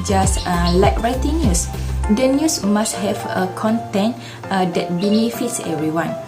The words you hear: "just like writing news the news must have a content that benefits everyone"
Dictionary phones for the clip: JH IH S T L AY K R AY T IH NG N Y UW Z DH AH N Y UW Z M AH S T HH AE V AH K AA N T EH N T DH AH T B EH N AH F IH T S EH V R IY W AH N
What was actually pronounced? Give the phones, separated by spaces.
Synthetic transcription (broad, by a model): JH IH S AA L AY K R AY T IH NG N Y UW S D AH N Y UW S M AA S T HH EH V AH K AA N T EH N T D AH T B EH N AH F IH T S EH V R IY W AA N